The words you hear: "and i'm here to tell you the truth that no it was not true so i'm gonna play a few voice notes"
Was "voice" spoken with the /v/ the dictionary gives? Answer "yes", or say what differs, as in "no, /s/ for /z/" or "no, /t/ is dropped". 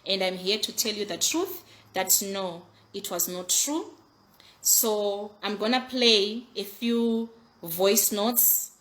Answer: yes